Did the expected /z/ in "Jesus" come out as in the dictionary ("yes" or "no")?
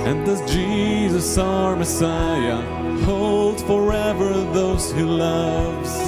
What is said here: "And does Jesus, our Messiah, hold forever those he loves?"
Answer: yes